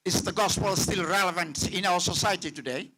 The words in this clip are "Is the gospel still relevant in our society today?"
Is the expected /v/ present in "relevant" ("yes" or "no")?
yes